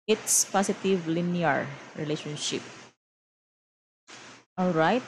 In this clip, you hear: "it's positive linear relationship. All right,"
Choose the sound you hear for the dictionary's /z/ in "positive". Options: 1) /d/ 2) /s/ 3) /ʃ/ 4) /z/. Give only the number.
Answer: 2